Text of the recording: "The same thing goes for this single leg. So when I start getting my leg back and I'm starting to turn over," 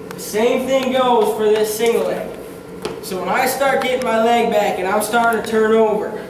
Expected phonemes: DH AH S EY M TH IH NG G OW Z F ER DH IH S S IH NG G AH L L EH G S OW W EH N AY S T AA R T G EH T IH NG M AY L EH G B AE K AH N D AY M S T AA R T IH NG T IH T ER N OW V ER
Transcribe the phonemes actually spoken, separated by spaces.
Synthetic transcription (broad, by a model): DH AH S EY M TH IH NG G OW Z F ER DH IH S S IH NG G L L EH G S OW W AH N AY S T AA R T G EH T IH NG M AY L EH G B AE K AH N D AY M S T AA R T IH NG T IH T ER N OW V ER